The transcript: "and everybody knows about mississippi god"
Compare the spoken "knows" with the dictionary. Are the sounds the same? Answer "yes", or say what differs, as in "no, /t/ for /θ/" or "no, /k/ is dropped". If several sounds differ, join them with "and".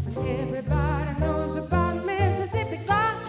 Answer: yes